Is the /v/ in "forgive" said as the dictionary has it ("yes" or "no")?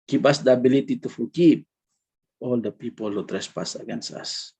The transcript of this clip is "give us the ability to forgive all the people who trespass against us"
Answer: no